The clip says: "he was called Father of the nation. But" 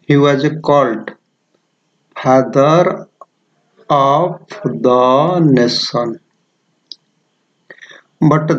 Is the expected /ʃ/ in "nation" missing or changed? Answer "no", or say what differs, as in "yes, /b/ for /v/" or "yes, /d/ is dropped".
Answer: yes, /s/ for /ʃ/